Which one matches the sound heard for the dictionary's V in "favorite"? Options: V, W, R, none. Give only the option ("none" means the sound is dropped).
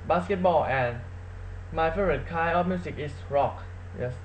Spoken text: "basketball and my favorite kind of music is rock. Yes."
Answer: none